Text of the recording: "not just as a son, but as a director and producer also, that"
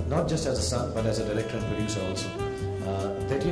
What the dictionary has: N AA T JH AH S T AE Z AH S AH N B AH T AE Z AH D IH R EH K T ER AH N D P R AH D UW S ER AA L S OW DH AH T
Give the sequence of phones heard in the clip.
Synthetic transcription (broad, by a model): N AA T JH AH S T AE Z AH S AH N B AH T AE Z AH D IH L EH K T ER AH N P AH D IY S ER AA L S OW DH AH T